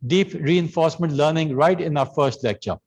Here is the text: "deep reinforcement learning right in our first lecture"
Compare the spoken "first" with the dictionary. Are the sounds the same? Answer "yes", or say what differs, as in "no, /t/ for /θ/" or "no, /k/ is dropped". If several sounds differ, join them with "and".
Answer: yes